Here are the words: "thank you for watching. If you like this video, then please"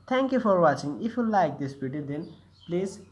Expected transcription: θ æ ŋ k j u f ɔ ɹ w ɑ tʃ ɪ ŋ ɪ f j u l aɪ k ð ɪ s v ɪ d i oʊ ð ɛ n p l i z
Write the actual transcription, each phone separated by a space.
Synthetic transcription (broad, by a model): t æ ŋ k j u f ɔ ɹ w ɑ tʃ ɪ ŋ ɪ f j u l aɪ k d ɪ s b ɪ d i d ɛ n p l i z